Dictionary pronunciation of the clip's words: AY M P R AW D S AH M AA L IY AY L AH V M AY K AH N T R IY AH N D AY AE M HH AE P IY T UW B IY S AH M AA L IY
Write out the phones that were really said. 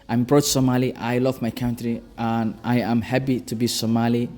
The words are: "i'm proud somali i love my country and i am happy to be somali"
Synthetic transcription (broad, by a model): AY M B R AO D S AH M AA L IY AY L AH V M AY K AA N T R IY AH N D AY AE M HH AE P IY T UW B IY S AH M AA L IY